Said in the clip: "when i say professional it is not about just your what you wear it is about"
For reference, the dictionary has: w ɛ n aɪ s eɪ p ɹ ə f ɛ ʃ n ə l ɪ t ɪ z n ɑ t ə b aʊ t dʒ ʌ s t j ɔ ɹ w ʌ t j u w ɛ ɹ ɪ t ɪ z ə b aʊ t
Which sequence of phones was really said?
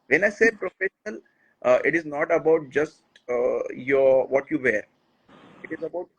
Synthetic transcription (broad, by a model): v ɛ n aɪ s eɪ p ɹ ə f ɛ ʃ n ə l ɪ t ɪ z n ɑ t ə b aʊ t dʒ ʌ s t j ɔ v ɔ t j u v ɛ ɹ ɪ t ɪ z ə b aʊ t